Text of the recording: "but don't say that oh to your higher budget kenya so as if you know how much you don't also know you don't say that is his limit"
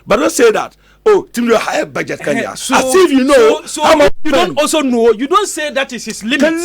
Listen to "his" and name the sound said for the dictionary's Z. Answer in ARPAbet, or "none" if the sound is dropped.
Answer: S